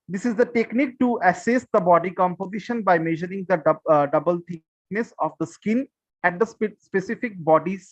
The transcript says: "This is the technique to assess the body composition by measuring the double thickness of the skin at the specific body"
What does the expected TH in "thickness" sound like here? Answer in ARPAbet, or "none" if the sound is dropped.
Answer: T